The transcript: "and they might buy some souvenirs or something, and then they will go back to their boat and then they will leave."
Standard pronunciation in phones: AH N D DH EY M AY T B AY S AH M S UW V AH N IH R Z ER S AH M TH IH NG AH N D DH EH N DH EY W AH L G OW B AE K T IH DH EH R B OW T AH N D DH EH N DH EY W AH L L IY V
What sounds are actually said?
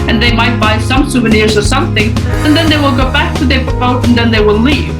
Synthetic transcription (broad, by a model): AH N DH EY M AY T B AY S AH M S UW V AH N IH R Z ER S AH M TH IH NG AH N DH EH N DH EY W AH L G OW B AE K T IH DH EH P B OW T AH N DH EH N DH EY W AH L L IY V